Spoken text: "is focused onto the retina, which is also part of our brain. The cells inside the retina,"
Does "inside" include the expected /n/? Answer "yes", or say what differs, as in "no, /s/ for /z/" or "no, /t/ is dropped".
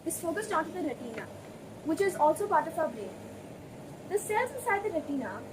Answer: no, /n/ is dropped